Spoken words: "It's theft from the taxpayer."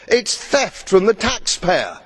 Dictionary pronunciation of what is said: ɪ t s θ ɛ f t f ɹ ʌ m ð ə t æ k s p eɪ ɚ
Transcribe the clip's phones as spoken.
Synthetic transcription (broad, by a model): ɪ t s θ ɛ f t ɹ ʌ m ð ə t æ k s p eɪ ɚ